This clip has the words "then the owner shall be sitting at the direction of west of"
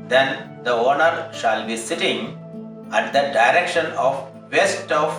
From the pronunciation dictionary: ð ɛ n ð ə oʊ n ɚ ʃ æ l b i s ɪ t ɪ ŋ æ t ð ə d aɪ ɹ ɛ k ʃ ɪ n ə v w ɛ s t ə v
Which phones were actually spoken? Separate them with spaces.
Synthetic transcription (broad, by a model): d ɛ n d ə oʊ n ɚ ʃ æ l b i s ɪ t ɪ ŋ æ t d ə d aɪ ɹ ɛ k ʃ ɪ n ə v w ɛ s t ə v